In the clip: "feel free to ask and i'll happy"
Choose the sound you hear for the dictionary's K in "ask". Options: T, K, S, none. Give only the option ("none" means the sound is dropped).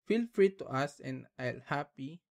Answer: none